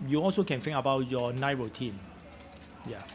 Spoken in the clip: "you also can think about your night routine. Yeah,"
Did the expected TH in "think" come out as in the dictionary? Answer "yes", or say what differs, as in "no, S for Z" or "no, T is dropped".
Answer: no, F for TH